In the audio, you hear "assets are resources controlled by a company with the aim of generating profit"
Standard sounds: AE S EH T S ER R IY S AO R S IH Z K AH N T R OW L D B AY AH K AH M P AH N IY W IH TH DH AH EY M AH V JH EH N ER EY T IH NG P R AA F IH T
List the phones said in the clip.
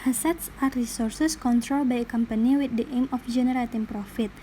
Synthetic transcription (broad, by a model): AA S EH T S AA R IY S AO R S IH S K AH N T R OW L B AY AH K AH M P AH N IY W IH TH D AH EY M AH F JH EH N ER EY T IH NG P R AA F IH T